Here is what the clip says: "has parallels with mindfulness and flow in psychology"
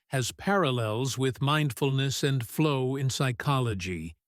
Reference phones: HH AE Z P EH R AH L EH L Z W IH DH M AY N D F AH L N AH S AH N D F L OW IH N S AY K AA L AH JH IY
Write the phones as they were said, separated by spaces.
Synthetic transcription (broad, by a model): HH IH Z P EH R AH L EH L Z W IH DH M AY N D F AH L N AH S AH N F L OW IH N S AY K AA L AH JH IY